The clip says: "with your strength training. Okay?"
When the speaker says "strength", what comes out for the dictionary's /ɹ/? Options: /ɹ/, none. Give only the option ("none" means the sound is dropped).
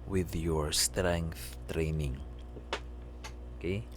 /ɹ/